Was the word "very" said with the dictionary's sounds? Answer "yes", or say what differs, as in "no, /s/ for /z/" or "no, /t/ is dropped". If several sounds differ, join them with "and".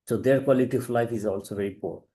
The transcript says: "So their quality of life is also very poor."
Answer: yes